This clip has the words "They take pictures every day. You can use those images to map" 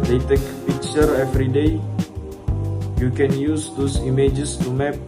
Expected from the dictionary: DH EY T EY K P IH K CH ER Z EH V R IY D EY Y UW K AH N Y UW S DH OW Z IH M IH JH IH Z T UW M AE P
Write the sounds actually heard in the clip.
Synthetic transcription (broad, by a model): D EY T EY K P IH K CH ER EH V R IY D EY Y UW K AH N Y UW S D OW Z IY M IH JH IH S T UW M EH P